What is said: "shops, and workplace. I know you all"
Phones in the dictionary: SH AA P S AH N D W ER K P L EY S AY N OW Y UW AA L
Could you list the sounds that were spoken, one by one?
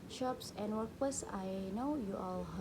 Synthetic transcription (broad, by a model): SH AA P S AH N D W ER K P EY S AY N OW Y UW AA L